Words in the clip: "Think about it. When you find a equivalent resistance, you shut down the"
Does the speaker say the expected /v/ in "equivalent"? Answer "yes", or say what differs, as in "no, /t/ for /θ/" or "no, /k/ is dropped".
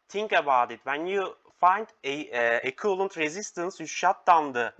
no, /v/ is dropped